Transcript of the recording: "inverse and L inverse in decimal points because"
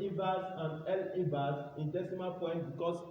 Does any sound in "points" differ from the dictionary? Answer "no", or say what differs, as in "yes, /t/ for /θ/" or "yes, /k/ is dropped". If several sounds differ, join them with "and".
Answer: yes, /s/ is dropped